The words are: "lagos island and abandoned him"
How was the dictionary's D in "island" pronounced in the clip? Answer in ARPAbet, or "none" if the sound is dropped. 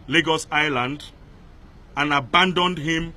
D